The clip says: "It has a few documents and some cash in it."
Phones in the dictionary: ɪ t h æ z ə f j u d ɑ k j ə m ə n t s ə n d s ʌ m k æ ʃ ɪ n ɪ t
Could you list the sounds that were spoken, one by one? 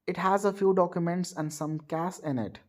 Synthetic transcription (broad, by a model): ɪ t h æ z ə f j u d ɑ k j ə m ə n t s ə n d s ʌ m k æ s ɪ n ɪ t